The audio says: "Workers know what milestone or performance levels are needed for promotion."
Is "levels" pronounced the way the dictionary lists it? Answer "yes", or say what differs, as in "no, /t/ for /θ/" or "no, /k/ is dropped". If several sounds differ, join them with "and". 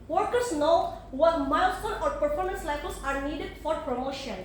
no, /f/ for /v/